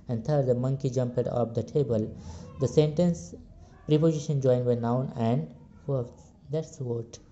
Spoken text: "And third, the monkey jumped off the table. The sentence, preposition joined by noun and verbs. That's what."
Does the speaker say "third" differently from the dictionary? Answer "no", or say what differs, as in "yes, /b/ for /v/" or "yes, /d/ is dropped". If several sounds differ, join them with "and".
yes, /t/ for /θ/